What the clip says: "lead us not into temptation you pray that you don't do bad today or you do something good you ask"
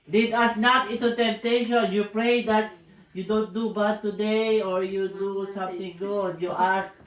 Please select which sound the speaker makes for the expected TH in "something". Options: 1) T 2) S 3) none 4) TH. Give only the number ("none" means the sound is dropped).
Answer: 1